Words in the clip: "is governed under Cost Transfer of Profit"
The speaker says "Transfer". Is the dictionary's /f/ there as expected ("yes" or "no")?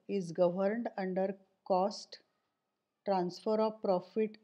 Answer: yes